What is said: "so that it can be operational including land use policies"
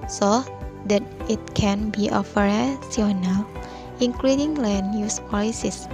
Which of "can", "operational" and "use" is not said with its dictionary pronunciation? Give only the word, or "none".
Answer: operational